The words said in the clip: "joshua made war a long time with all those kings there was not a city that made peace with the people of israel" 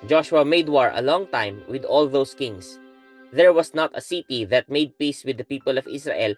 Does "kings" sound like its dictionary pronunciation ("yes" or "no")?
no